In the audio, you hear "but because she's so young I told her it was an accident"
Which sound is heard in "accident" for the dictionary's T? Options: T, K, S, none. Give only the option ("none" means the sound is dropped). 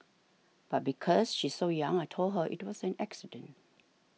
T